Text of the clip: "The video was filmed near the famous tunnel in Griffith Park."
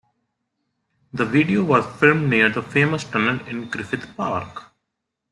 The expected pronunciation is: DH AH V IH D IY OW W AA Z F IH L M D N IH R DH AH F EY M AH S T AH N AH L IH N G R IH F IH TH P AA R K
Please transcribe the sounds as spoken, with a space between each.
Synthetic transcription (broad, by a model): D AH V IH D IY OW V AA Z F IH L M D N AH R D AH F EY M AH S T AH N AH N IH N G R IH F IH T P AA R K